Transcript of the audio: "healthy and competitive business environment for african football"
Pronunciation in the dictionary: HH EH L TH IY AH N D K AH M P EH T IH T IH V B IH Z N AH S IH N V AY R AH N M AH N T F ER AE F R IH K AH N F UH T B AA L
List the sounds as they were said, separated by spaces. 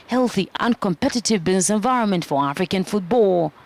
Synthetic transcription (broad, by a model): HH EH L TH IY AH N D K AH M P EH T IH T IH V B IH Z N AH S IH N V AY R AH N M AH N T F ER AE F R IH K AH N F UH T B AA L